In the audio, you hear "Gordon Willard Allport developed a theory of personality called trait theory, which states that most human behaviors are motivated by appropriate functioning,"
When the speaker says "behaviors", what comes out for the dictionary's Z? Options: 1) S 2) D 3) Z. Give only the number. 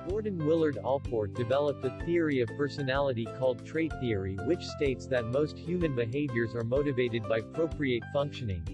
3